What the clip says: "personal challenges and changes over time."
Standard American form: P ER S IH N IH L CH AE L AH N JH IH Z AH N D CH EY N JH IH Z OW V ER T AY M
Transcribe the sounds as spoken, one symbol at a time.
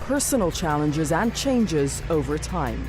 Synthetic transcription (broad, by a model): P ER S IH N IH L CH AE L AH N JH IH Z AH N CH EY N JH IH Z OW V ER T AY M